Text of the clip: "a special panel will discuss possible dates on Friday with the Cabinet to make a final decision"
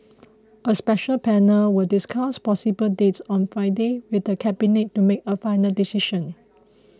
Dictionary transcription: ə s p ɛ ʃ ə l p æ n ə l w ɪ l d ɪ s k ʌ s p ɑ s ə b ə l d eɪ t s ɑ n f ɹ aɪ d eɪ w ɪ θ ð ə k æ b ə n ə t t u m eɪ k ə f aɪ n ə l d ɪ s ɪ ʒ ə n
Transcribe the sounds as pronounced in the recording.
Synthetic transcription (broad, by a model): ə s p ɛ ʃ ə l p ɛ n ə l w ɪ l d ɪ s k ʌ s p ɑ s ə b ə l d eɪ t s ɑ n f ɹ aɪ d eɪ w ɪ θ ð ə k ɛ b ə n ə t t u m eɪ k ə f aɪ n ə l d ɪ s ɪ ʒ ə n